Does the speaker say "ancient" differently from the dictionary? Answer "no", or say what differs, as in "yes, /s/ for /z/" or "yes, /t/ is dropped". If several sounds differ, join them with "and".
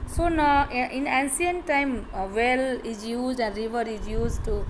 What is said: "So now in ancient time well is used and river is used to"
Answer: yes, /s/ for /ʃ/